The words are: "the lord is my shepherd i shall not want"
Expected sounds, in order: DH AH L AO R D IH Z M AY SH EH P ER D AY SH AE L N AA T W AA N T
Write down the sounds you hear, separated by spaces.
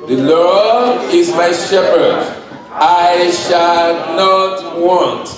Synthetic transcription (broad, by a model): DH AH L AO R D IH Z M AY SH EH P ER D AY SH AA L N AA T W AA N T